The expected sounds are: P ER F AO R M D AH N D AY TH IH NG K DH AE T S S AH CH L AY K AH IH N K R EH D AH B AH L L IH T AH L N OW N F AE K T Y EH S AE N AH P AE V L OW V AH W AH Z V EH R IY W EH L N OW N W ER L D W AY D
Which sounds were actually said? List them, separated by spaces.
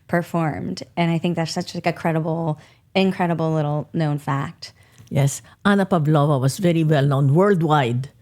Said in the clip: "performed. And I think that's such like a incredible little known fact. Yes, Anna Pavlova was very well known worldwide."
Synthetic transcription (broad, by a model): P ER F AO R M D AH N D AY TH IH NG K DH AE T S S AH CH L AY K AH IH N K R EH D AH B L L IH T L N OW N F AE K T Y EH S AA N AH P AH B L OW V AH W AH S V EH R IY W EH L N OW N W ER L D W AY D